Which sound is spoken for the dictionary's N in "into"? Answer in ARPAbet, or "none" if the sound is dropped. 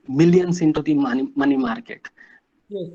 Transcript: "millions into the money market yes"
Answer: N